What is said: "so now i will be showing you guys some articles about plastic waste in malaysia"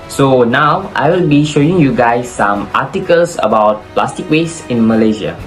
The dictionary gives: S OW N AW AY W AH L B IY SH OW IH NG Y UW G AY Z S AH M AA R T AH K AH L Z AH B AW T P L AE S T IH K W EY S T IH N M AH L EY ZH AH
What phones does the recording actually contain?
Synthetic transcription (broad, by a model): S OW N AW AY W AH L B IY SH OW IH NG Y UW G AY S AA M AA T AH K AH L S AH B AW T P L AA S T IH K W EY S IH N M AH L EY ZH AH